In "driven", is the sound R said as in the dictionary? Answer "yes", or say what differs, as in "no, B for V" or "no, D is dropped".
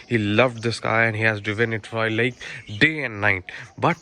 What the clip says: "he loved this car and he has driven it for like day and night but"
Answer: no, R is dropped